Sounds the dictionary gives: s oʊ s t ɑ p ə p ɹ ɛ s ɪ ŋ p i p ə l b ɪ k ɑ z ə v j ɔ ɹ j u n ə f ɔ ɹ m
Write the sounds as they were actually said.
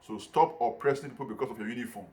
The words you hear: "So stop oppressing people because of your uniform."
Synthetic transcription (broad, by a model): s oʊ s t ɑ p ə p ɹ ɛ s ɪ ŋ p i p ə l b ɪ k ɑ s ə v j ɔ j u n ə f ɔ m